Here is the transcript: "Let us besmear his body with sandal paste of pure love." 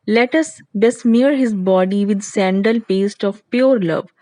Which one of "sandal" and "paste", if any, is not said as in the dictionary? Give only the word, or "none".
none